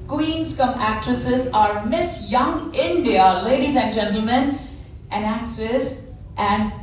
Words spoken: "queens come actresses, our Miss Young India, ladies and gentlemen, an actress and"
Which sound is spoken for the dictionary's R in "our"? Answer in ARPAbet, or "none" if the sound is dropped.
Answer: R